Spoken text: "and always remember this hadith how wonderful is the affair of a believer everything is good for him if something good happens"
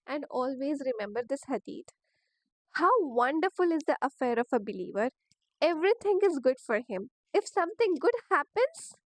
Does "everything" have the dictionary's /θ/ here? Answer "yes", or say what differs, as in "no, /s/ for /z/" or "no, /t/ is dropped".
no, /t/ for /θ/